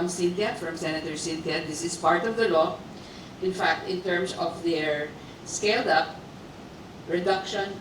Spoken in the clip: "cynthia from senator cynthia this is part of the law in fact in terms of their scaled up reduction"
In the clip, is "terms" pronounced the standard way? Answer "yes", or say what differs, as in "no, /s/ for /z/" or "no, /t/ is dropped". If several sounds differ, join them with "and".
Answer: no, /s/ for /z/